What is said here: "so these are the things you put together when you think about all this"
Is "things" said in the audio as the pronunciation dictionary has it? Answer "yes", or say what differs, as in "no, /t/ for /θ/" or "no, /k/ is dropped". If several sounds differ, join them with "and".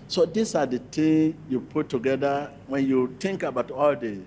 no, /z/ is dropped